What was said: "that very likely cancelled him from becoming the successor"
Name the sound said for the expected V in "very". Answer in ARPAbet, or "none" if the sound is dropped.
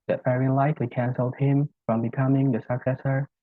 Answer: F